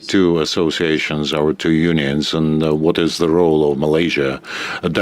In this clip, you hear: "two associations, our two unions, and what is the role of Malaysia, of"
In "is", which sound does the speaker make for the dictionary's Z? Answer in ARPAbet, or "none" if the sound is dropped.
Z